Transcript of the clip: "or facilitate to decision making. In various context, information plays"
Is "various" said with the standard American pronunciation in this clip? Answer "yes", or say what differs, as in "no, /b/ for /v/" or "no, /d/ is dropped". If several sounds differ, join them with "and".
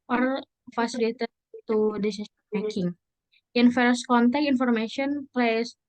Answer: no, /f/ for /v/